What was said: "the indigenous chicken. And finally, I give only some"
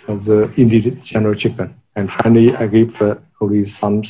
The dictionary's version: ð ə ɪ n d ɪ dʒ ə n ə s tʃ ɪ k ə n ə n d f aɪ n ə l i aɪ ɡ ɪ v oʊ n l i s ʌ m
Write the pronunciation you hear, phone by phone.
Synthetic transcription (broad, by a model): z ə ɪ n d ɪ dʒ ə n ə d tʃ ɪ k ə n ə n d f aɪ n ə l i aɪ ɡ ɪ p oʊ l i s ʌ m